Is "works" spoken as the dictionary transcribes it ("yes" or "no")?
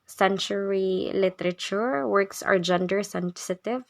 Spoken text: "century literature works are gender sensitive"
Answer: yes